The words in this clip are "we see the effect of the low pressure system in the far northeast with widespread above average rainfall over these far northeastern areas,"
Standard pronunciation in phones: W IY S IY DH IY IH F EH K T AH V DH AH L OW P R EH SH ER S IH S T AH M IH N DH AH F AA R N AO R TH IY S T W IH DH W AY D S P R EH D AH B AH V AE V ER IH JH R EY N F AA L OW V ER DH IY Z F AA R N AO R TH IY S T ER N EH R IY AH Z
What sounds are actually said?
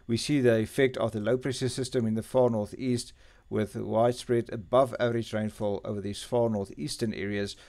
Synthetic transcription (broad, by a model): W IY S IY DH IY IH F EH K T AH V DH AH L OW P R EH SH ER S IH S T AH M IH N DH AH F AA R N AO R TH IY S T W IH DH W AY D S P R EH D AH B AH V AE V ER IH JH R EY N F AA L OW V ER DH IY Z F AA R N AO R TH IY S T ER N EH R IY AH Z